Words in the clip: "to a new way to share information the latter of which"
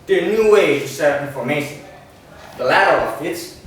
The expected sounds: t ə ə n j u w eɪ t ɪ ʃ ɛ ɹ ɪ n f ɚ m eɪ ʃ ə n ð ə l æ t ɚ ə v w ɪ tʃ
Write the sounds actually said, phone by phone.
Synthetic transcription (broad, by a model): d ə ə n j u w eɪ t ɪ s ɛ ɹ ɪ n f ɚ m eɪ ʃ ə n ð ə l æ t ɚ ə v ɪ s